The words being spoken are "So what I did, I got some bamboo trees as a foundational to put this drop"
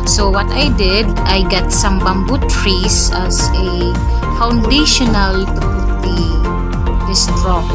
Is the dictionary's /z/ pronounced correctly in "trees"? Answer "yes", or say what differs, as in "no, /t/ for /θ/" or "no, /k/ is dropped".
no, /s/ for /z/